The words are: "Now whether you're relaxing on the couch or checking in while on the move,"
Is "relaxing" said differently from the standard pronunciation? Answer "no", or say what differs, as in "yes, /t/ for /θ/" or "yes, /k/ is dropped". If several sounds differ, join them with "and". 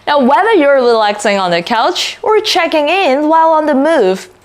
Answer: no